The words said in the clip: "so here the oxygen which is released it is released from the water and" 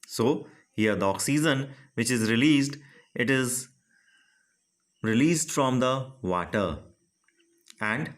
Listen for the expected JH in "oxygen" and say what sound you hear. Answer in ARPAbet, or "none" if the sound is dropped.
Z